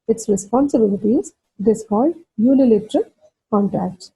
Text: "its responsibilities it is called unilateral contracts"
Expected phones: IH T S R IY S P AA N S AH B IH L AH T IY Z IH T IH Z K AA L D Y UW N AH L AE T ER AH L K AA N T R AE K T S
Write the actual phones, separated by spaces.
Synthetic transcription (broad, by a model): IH T S R IY S P AA N S AH B IH L AH T IY Z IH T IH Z K AA L D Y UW L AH L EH T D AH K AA N T R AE K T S